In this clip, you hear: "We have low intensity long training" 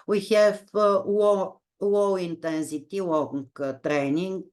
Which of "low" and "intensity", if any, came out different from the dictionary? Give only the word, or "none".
low